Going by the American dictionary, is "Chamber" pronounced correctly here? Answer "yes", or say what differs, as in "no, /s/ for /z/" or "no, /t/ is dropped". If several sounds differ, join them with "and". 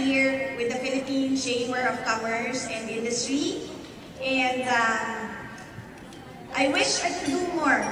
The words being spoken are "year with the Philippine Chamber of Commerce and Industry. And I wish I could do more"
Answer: no, /b/ is dropped